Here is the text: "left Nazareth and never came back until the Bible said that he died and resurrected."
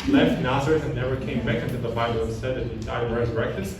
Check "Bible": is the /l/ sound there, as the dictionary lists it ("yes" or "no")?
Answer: no